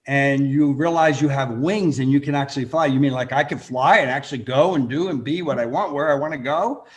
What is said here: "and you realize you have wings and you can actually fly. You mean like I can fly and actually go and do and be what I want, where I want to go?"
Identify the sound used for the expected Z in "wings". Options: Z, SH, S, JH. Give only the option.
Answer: Z